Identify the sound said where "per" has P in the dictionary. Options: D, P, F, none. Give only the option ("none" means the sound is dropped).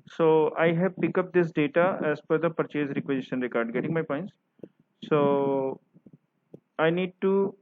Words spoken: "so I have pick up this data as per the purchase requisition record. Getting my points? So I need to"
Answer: F